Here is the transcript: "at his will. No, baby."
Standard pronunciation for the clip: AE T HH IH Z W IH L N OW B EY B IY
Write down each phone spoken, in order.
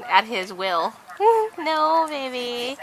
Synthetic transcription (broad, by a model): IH T HH IH Z W IH L N OW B EY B IY